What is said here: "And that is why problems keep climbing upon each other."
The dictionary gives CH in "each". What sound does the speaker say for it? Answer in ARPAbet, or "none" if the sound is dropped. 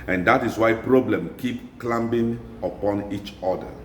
CH